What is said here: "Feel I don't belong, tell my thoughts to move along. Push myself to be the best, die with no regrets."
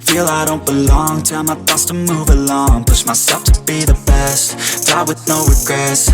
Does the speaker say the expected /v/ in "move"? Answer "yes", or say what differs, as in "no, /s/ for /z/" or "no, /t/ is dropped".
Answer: yes